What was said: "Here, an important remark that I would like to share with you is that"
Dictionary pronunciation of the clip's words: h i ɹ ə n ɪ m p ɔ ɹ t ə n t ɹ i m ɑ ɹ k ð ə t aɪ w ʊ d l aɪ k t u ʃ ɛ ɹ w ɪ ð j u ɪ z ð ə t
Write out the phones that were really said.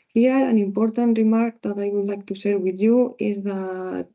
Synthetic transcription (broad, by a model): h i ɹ ə n ɪ m p ɔ ɹ t ə n t ɹ i m ɑ ɹ k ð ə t aɪ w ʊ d l aɪ k t u s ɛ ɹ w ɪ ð j u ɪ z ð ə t